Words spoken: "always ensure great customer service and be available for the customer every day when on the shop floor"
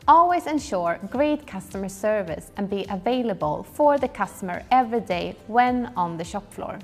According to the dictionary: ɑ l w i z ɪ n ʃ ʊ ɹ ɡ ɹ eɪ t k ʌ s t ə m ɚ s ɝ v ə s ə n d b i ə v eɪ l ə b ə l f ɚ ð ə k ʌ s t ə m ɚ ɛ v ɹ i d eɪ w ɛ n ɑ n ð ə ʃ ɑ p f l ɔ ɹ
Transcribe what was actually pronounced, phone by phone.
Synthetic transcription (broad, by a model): ɑ l w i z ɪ n ʃ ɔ ɹ ɡ ɹ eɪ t k ʌ s t ə m ɚ s ɝ v ə s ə n b i ə v eɪ l ə b ə l f ɚ ð ə k ʌ s t ə m ɚ ɛ v ɹ i d eɪ w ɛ n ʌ n ð ə ʃ ɑ p f l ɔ ɹ